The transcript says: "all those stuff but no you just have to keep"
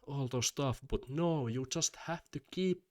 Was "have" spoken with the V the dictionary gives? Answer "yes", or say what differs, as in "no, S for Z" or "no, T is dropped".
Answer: no, F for V